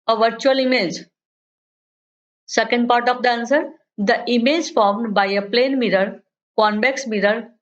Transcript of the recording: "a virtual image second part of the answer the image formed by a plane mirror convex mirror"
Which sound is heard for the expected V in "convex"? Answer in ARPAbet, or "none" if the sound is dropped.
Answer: B